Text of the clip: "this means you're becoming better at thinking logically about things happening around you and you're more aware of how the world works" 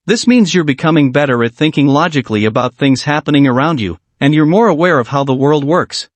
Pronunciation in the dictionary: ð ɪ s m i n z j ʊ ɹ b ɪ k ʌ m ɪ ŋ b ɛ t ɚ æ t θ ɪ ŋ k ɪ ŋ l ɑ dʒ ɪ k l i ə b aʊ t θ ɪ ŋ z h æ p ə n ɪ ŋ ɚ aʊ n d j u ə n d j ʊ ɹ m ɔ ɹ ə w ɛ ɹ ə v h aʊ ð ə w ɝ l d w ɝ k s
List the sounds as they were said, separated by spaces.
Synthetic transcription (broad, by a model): ð ɪ s m i n z j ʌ ɹ b ɪ k ʌ m ɪ ŋ b ɛ t ɚ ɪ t θ ɪ ŋ k ɪ ŋ l ɑ dʒ ɪ k l i ə b aʊ t θ ɪ ŋ z h æ p ə n ɪ ŋ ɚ aʊ n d j u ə n j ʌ ɹ m ɔ ɹ ə w ɛ ɹ ə v h aʊ ð ə w ɝ l d w ɝ k s